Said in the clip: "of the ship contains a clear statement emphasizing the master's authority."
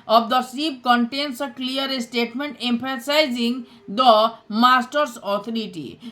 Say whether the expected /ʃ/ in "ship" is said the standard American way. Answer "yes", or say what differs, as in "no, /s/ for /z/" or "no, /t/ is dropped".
no, /s/ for /ʃ/